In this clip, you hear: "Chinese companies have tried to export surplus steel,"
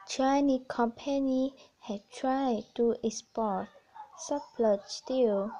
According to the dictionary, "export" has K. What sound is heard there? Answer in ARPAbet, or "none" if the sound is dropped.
none